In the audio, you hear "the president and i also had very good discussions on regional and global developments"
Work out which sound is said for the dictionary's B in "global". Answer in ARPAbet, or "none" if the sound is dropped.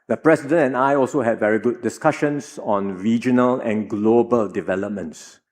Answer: B